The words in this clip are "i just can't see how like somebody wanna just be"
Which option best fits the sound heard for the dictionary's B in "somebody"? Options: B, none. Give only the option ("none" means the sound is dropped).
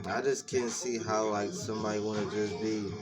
none